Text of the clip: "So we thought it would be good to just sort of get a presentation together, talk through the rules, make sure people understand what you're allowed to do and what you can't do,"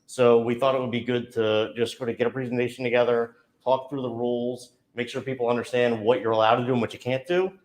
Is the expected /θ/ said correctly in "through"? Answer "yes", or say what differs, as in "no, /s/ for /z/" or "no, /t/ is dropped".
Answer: yes